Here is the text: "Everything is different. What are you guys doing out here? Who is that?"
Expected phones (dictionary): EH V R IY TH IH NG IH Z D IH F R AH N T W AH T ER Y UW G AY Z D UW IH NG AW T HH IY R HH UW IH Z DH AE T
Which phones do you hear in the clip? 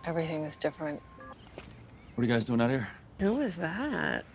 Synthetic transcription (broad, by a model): EH V R IY TH IH NG IH Z D IH F R AH N T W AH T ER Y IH G AY Z D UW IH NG AW T HH IY R HH UW IH Z DH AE T